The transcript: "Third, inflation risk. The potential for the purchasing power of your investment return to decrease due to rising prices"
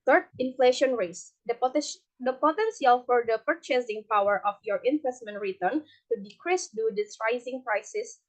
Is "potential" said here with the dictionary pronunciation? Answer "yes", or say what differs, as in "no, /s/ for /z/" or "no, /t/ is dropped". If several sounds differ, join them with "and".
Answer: no, /s/ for /ʃ/